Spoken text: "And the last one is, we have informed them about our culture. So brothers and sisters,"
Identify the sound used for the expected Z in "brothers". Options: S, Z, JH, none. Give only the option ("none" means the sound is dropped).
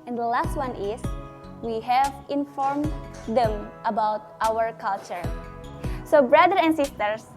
none